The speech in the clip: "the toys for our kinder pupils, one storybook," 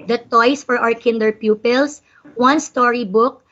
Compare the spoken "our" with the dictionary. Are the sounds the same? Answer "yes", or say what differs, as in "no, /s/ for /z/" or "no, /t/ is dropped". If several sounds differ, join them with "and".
no, /w/ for /ɹ/